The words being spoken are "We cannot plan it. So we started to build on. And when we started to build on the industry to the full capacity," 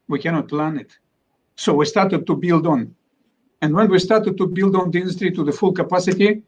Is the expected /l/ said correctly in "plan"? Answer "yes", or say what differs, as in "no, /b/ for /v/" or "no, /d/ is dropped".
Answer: yes